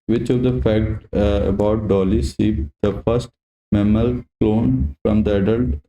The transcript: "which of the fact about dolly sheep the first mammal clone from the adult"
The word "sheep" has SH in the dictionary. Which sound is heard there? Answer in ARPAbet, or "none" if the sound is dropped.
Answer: S